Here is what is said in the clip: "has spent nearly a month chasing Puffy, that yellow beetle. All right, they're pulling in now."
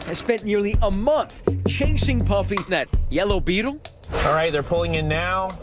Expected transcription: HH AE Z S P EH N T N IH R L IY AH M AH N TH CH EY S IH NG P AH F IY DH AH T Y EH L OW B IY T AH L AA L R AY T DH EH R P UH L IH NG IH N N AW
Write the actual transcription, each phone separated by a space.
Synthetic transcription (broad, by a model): HH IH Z S P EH N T N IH R L IY AH M AH N TH CH EY S IH NG P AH F IY DH AH T Y EH L OW B IY T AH L AA L R AY T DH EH R P UH L IH NG IH N N AW